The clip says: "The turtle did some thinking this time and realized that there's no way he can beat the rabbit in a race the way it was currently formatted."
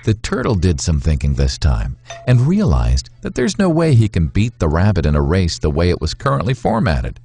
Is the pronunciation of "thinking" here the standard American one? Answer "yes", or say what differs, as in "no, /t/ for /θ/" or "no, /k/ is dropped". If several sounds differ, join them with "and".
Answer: yes